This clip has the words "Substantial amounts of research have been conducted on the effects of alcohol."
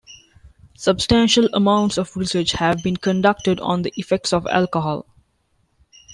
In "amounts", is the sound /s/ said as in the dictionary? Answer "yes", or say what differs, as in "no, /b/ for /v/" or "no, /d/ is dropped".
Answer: yes